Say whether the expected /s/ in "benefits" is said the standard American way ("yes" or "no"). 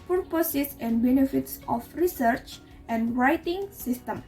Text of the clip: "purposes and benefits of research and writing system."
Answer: yes